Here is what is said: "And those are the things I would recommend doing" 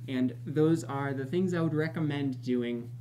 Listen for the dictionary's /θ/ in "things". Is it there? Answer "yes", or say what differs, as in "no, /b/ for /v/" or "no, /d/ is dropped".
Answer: yes